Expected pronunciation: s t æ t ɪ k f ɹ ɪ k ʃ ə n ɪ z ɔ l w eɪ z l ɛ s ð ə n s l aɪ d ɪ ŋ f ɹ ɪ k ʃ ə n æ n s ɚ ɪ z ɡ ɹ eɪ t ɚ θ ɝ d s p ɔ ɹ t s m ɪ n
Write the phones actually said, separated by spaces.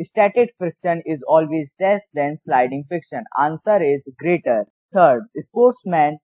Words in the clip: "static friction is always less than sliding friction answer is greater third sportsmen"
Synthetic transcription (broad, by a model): s t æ t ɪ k f ɪ k ʃ ə n ɪ z ɔ l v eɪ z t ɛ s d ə n s l aɪ d ɪ ŋ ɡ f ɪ k ʃ ə n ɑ n s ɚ ɪ z ɡ ɹ eɪ t ɚ t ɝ d s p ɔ ɹ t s m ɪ n